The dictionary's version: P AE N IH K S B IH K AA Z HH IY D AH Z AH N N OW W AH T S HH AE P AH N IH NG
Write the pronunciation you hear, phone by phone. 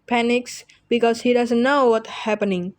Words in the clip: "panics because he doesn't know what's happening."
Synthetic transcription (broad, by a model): P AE N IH K S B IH K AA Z HH IY D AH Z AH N N OW W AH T HH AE P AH N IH NG